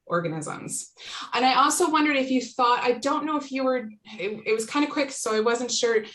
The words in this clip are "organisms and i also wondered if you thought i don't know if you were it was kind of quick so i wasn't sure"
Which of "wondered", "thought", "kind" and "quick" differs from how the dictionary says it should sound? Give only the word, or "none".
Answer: none